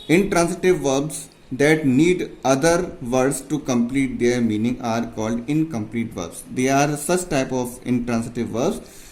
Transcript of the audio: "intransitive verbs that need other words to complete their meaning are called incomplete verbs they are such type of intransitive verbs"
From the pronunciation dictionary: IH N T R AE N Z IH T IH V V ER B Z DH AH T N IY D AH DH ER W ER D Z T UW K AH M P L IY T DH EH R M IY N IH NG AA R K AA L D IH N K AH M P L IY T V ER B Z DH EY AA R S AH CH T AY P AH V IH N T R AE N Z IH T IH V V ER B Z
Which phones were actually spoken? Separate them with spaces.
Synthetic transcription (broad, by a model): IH N T R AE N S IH T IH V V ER B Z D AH T N IY D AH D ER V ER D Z T UW K AH M P L IY T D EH R M IY N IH NG AA R K AA L D IH N K AH M P L IY T V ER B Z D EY AA R S AH CH T AY P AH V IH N T R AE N S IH T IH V V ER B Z